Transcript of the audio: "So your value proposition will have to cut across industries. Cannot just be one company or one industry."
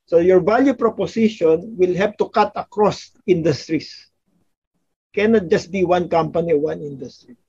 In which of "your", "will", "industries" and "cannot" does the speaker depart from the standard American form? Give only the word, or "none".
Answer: industries